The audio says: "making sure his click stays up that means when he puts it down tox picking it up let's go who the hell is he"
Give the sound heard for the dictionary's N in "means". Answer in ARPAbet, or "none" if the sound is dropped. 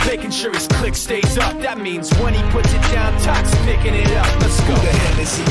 N